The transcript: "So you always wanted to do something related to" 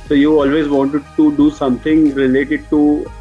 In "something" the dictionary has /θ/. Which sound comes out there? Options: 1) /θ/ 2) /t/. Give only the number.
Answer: 2